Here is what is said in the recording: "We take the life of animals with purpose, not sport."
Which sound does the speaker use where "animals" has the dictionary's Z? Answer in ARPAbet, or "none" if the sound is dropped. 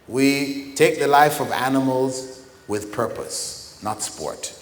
Z